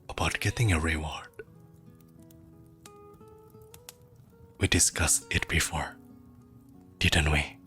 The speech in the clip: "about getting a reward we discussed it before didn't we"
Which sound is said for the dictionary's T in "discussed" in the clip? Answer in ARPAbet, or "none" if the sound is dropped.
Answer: none